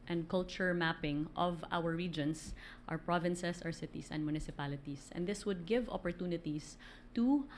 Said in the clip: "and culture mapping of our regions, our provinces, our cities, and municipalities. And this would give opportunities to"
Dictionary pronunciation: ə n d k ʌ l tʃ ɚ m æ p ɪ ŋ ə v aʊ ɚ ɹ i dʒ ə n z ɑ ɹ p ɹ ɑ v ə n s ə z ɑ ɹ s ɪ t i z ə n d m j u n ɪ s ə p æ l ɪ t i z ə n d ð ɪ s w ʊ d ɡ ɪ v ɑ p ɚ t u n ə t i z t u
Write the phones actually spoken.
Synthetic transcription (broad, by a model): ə n d k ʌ l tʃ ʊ m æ p ɪ ŋ ə v aʊ ɚ ɹ i dʒ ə n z ɑ ɹ p ɹ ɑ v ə n s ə s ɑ ɹ s ɪ t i s ə n d m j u n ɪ s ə p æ l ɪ t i s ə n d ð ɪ s w ʊ d ɡ ɪ v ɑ p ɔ t u n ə t i s t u